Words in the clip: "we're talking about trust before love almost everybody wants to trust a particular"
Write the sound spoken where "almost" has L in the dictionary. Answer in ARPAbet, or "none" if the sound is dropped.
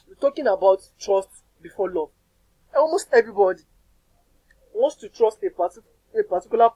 W